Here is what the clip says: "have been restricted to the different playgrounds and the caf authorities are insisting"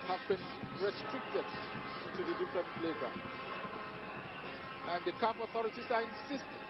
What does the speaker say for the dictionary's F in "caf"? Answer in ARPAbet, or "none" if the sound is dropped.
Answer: P